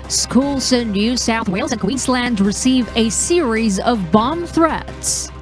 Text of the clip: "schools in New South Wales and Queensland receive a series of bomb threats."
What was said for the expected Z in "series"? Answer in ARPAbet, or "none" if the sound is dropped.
Z